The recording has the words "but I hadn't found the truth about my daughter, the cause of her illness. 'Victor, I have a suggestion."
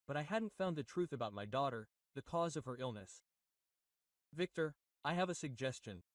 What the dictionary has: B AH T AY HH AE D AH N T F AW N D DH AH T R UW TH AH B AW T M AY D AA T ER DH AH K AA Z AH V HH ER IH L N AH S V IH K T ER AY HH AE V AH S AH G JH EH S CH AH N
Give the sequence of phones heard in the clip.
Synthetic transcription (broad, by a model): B AH T AY HH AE D N T F AW N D DH AH T R UW TH AH B AW T M AY D AA T ER DH AH K AA Z AH V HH ER IH L N AH S V IH K T ER AY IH V AH S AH G JH EH S CH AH N